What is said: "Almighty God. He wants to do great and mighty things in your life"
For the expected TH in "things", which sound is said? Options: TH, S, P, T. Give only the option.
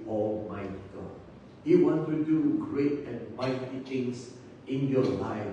T